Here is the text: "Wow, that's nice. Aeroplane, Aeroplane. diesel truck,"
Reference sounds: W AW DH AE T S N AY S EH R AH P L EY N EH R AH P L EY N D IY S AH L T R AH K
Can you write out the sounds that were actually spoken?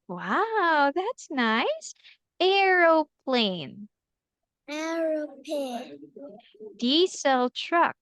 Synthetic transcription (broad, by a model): W AW DH AE T S N AY S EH R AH P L EY N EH R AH P EY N D IY S AH L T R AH K